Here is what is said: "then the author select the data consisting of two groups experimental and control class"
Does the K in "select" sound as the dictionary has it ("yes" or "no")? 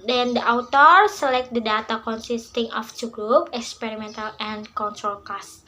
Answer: yes